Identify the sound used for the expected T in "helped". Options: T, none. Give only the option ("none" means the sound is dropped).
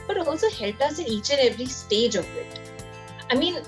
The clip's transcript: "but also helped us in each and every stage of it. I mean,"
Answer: none